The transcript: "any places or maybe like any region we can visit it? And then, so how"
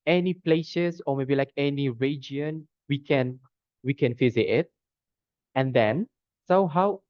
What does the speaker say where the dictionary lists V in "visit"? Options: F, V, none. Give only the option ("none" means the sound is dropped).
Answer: F